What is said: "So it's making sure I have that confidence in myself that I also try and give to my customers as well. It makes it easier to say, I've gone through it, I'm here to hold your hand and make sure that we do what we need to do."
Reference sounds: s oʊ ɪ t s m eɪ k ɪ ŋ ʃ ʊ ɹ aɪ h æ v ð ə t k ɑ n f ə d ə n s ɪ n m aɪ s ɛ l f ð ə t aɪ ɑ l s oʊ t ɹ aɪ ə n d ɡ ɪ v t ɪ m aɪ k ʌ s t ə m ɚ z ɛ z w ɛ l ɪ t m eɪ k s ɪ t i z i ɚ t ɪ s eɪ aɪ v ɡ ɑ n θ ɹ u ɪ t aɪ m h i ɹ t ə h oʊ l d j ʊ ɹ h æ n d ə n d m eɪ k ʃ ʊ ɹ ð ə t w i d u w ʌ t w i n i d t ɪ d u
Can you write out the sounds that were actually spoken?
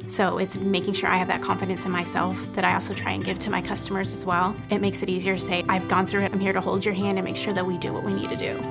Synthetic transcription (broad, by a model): s oʊ ɪ t s m eɪ k ɪ ŋ ʃ ʊ ɹ aɪ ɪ v ð ə t k ɑ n f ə d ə n s ɪ n m aɪ s ɛ l f ð ə t aɪ ɑ l s oʊ t ɹ aɪ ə n ɡ ɪ v t ɪ m aɪ k ʌ s t ə m ɚ z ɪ z w ɛ l ɪ t m eɪ k s ɪ t i z i ɚ t ɪ s eɪ aɪ v ɡ ɑ n θ ɹ u ɪ t aɪ m h i ɹ t ə h oʊ l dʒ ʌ ɹ h æ n d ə n m eɪ k ʃ ʊ ɹ ð ə t w i d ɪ w ʌ t w i n i d t ɪ d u